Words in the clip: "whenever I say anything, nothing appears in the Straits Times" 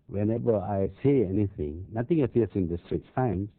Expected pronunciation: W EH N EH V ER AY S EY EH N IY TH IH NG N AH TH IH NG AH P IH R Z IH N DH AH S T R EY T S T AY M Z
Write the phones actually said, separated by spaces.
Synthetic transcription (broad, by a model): W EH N EH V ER AY S EY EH N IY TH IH NG N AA T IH NG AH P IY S IH N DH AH S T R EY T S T AY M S